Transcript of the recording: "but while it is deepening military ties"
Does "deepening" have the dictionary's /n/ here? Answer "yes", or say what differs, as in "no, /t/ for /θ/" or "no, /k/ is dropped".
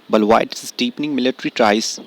yes